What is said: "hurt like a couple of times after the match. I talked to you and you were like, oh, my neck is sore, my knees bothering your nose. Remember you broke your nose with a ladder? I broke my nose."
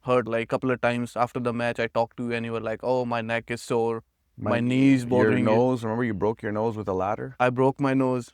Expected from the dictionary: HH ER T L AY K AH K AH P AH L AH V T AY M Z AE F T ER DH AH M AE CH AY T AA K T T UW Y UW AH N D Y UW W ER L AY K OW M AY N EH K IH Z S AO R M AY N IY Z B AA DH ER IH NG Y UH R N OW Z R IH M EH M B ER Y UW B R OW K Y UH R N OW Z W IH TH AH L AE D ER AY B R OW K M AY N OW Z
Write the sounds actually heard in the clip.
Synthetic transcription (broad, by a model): HH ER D L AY AH K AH P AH L AH V T AY M Z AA F T ER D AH M AE CH AY T AA K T T UW Y UW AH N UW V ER L AY K OW M AY N EH K IH Z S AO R M AY N IY Z B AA ER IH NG N OW Z R IH M EH M B ER Y UW B R OW K Y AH R N OW Z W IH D AH L AE D ER AY B R OW K M AY N OW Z